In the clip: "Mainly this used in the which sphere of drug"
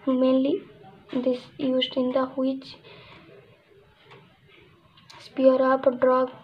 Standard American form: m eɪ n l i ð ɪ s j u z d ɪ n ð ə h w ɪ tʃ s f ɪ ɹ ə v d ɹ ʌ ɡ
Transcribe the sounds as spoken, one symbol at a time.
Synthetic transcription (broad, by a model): m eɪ n l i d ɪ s j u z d ɪ n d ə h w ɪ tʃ s p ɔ ɹ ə p d ɹ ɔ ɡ